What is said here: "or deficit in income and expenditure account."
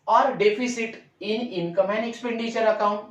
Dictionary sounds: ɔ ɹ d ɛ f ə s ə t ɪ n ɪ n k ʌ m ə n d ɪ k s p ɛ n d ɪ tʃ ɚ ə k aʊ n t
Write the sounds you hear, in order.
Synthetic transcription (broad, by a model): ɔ ɹ d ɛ p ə s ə t ɪ n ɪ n k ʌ m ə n ɪ k s p ɛ n d ɪ tʃ ɚ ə k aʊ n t